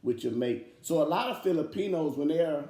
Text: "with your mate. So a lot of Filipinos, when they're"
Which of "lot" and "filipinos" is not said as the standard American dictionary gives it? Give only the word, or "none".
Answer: none